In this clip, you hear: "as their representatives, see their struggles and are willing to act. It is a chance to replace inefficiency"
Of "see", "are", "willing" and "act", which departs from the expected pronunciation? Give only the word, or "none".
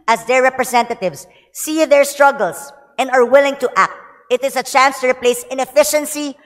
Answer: none